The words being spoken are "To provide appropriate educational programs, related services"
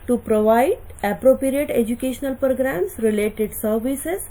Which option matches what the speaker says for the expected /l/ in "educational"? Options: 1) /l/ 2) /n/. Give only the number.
1